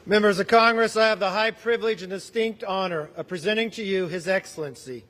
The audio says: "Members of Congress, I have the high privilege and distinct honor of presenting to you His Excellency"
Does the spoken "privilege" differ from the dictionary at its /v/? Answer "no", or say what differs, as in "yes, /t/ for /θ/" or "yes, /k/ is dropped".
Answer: no